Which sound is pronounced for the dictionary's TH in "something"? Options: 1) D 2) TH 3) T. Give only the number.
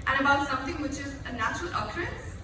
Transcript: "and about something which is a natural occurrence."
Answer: 3